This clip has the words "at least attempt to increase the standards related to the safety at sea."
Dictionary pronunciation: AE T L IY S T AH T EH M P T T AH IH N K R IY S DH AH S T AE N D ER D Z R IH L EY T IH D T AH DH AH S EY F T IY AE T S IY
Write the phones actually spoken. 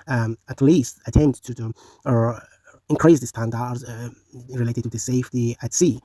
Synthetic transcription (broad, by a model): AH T L IY S T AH T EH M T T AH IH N K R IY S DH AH S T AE N D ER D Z R IH L EY T IH D T AH DH AH S EY F T IY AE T S IY